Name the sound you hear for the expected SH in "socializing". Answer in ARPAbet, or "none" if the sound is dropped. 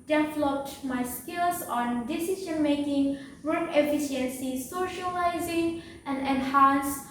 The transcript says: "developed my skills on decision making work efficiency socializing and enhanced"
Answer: SH